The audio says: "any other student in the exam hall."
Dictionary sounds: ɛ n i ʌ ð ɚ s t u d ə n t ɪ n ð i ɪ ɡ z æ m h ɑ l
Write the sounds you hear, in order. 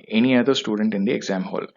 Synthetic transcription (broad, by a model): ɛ n i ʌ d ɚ s t u d ə n t ɪ n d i ɪ ɡ z æ m h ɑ l